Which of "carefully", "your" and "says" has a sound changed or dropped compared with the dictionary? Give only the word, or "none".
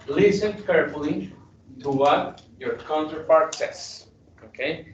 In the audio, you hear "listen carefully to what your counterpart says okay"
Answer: says